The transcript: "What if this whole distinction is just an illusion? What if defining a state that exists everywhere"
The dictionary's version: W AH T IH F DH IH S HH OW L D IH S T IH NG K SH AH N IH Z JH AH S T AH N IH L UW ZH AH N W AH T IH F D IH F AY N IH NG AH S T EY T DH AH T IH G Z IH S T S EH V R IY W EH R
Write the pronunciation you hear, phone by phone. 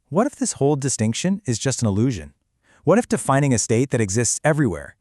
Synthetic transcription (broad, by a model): W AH T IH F DH IH S HH OW L D IH S T IH NG K SH AH N IH Z JH AH S T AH N IH L UW ZH AH N W AH T IH F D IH F AY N IH NG AH S T EY T DH AH T IH G Z IH S T S EH V R IY W EH R